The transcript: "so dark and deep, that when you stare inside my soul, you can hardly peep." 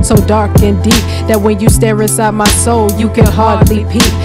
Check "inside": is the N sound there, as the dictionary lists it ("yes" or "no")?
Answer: no